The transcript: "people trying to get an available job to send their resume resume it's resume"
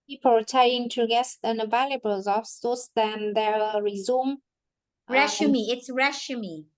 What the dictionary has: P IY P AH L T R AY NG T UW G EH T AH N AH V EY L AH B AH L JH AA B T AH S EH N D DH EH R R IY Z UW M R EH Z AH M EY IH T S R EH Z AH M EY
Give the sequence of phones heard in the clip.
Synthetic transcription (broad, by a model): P IY P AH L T AY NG T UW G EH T AH N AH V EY L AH B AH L Z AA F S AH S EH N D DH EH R R IY Z UW M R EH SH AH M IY IH T S R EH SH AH M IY